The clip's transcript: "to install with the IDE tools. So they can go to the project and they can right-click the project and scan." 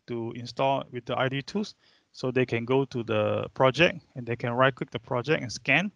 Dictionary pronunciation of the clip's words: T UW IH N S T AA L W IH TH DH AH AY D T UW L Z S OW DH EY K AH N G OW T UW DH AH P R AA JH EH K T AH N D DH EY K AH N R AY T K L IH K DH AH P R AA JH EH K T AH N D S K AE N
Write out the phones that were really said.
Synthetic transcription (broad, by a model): T UW IH N S T AA L W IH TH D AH AY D T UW S OW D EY K AH N G OW T UW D AH P R AA JH EH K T AH N D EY K AH N R AY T K W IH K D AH P R AA JH EH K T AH N S K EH N